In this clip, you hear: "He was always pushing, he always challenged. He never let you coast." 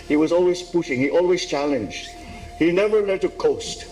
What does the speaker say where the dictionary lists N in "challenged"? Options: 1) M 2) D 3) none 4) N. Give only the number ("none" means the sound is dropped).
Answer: 4